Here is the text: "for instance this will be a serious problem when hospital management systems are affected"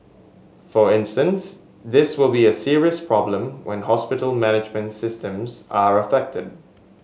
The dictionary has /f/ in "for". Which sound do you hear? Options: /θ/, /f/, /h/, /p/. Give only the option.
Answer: /f/